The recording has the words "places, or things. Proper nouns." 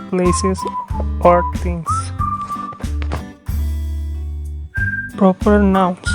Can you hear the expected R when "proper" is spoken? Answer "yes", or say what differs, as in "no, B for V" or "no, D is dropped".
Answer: yes